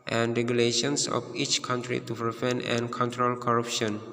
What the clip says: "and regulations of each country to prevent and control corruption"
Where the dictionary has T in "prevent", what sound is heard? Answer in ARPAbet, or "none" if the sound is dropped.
none